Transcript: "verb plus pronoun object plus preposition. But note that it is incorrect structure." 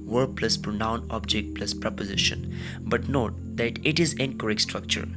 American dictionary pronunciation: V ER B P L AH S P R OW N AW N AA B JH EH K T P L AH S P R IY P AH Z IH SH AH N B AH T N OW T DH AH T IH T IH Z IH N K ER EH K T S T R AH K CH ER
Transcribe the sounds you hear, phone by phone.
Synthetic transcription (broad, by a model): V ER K P L AH S P R OW N AW N AA B JH EH K T P L AH S P R IY P AH Z IH SH AH N B AH T N OW T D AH T IH T IH Z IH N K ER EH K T S T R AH K CH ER